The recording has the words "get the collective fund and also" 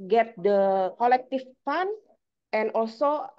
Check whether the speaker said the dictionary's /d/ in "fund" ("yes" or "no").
no